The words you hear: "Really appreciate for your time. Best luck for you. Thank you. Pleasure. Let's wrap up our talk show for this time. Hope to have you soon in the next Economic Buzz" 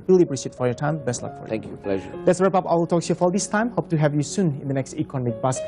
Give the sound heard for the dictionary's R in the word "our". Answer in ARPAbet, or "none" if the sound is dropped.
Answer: L